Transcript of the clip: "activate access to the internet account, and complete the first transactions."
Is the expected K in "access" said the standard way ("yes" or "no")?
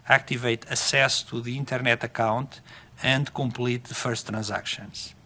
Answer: no